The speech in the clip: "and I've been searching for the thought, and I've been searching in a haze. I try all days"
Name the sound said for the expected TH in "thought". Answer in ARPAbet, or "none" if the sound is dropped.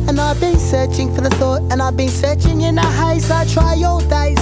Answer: TH